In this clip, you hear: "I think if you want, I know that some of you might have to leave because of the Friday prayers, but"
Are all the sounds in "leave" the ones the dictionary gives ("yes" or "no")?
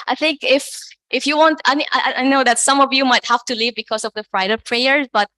yes